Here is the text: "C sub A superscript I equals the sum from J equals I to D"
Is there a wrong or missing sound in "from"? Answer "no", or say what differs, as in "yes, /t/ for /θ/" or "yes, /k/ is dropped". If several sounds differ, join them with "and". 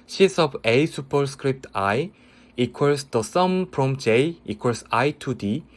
yes, /p/ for /f/